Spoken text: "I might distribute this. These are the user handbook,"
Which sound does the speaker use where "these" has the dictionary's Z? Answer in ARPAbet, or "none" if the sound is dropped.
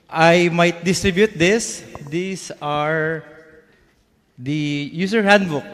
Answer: S